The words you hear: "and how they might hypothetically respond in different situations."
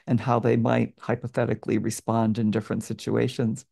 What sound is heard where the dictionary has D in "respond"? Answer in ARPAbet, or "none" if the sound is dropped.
D